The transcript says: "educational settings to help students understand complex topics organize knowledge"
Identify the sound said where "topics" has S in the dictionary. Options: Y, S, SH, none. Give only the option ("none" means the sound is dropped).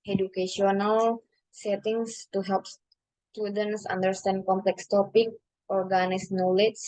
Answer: none